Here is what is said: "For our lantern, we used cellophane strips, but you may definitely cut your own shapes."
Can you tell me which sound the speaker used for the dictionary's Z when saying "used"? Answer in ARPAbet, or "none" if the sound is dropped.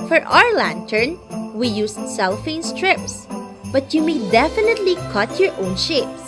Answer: S